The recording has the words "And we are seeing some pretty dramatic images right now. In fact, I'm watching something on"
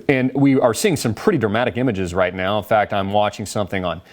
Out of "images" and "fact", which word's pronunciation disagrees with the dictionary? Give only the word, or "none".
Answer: none